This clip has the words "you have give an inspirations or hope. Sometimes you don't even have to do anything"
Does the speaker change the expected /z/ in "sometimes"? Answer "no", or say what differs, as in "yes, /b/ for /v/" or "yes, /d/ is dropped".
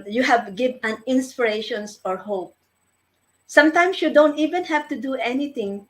yes, /s/ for /z/